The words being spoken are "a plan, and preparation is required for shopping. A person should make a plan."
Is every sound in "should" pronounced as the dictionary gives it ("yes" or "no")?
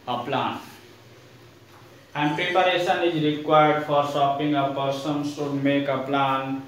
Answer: no